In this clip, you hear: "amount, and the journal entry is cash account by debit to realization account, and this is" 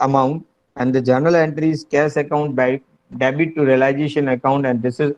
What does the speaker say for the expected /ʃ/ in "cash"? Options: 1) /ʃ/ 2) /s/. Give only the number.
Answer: 2